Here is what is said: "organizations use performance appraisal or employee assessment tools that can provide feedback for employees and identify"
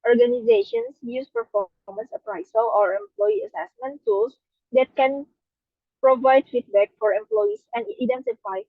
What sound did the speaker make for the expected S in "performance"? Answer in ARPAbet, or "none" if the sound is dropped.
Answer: S